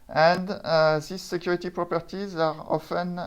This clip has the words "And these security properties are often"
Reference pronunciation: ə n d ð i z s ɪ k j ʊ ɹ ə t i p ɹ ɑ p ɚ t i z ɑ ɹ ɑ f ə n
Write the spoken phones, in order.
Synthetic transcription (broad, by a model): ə n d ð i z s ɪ k j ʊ ɹ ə t i p ɹ ɑ p ɚ t i z ɑ ɹ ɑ f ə n